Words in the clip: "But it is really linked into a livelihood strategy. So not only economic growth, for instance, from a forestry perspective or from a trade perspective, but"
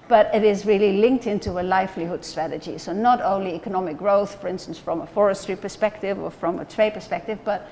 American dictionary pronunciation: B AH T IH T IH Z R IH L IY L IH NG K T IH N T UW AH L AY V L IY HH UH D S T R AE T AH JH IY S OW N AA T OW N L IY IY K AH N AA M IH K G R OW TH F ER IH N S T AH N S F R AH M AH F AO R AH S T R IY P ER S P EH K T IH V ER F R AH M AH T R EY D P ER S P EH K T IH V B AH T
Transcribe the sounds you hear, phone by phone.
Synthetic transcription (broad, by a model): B AH T IH T IH Z R IH L IY L IH NG K T IH N T UW AH L AY F L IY HH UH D S T R AE T AH JH IY S OW N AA T OW N L IY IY K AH N AA M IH K G R OW TH F ER IH N S T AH N S F R AH M AH F AO R AH S T R IY P ER S P EH K T IH V ER F R AH M AH T R EY D P ER S P EH K T IH V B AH T